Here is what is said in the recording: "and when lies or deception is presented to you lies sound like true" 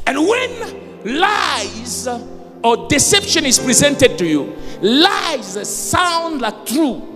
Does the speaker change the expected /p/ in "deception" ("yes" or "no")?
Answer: no